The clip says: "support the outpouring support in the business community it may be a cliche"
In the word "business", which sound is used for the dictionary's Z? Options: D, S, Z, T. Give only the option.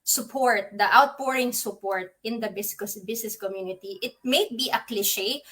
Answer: S